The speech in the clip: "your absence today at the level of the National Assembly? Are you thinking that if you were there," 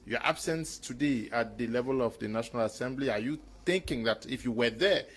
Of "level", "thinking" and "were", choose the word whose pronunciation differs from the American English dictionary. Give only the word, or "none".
none